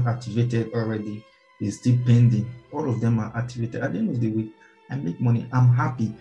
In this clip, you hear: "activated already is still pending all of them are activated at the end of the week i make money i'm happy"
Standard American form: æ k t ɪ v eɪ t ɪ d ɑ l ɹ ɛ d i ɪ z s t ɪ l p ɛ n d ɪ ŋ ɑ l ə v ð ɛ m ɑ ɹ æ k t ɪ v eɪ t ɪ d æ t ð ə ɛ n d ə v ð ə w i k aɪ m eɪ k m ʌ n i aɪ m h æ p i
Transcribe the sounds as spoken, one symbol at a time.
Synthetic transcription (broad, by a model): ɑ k t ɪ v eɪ t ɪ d ɑ l ɹ ɛ d i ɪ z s t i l p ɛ n d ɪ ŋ ɑ l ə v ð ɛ m ɑ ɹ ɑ k t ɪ v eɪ t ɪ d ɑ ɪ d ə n ə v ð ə w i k aɪ m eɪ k m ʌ n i aɪ m h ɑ p i